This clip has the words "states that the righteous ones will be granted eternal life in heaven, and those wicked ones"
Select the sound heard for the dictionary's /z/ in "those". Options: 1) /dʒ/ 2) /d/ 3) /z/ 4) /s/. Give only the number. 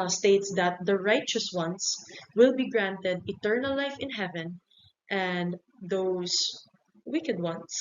4